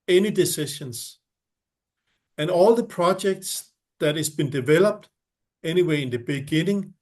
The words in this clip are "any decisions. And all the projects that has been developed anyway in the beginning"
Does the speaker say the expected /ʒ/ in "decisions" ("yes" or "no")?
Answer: no